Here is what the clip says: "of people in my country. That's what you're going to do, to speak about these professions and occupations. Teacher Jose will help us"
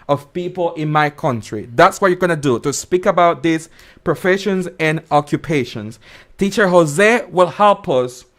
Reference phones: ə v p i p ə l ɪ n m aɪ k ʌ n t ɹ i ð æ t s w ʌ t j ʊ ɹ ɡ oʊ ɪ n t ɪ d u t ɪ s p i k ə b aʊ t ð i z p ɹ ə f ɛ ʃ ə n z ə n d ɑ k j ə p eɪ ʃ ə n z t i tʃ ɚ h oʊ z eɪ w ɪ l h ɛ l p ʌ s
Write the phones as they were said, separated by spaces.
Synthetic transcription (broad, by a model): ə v p i p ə l ɪ n m aɪ k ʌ n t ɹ i ð æ t s w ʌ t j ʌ ɹ ɡ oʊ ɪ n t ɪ d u t ɪ s p i k ə b aʊ t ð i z p ɹ ə f ɛ ʃ ə n z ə n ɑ k j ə p eɪ ʃ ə n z t i tʃ ɚ h oʊ z eɪ w ɪ l h ɛ l p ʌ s